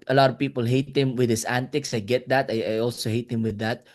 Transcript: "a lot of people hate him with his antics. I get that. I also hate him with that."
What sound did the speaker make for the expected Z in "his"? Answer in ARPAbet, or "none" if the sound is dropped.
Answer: S